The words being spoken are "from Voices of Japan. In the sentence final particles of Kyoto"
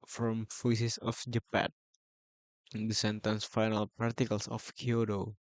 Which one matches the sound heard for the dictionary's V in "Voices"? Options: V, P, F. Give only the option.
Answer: F